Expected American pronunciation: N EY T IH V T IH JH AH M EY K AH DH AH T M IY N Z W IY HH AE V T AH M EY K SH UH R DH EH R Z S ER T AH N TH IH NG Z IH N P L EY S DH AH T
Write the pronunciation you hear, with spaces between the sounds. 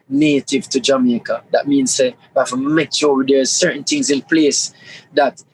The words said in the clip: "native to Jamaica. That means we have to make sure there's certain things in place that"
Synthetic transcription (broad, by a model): N EY T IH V T IH JH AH M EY K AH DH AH T M IY N Z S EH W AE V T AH M EY K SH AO W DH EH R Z S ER T N TH IH NG Z IH N P L EY S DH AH T